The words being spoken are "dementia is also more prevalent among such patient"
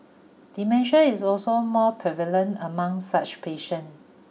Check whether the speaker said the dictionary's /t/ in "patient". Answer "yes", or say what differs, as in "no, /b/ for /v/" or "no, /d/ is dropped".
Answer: no, /t/ is dropped